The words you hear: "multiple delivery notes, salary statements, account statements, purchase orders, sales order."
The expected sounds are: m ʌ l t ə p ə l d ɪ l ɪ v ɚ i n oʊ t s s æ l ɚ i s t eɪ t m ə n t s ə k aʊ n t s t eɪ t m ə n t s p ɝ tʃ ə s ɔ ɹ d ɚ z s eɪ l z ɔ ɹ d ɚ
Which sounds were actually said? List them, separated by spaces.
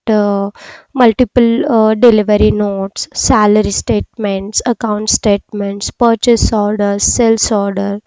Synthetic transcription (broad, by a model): m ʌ l t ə p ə l d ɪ l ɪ v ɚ i n oʊ t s s æ l ɚ i s t eɪ t m ə n t s ə k aʊ n t s t eɪ t m ə n t s p ɝ tʃ ə s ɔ ɹ d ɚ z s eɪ l s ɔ ɹ d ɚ